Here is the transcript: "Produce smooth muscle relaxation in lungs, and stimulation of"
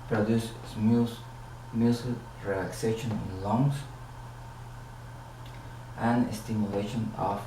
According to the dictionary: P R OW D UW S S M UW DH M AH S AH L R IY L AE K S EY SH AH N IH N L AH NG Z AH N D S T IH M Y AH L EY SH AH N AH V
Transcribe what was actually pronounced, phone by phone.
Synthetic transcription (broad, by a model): P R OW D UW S S IH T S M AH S R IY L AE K S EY SH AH N IH N L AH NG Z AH N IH S T IH M Y AH L EY SH AH N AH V